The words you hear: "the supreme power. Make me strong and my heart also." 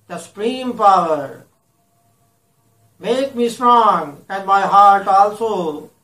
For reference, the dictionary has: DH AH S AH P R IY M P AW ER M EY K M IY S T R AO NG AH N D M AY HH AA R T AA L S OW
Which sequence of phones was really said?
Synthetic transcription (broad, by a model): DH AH S AH P R IY M P AW ER M EY K M IY S T R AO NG AH N D M AY HH AA R T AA L S OW